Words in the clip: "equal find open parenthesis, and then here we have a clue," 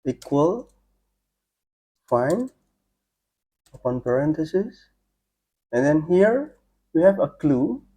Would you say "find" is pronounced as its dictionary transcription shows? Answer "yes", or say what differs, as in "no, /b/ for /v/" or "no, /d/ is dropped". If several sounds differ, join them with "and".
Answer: no, /d/ is dropped